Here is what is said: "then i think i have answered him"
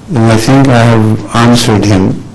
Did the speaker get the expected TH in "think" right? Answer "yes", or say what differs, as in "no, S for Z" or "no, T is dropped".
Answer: no, T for TH